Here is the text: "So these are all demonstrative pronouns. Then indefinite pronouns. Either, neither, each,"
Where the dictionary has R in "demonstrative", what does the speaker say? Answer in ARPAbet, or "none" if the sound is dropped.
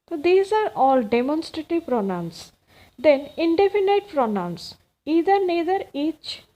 R